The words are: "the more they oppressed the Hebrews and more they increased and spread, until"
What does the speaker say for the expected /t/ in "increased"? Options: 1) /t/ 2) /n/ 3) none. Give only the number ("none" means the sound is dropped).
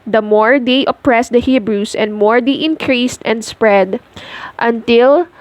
1